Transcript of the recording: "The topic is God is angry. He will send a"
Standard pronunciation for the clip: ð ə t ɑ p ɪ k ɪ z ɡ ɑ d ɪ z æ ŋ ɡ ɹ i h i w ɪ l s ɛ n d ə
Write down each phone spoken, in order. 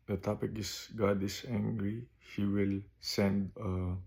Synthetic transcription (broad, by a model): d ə t ɑ p ɪ k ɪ s ɡ ɑ d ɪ s æ ŋ ɡ ɹ i h i w ɪ l s ɛ n d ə